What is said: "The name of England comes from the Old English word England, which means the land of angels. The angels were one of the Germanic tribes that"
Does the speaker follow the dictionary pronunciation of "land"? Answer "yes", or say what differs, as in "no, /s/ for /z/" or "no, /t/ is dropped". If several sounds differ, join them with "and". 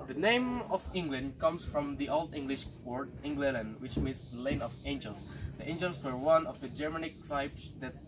no, /d/ is dropped